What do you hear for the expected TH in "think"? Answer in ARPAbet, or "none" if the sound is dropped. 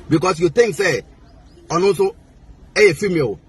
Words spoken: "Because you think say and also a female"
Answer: T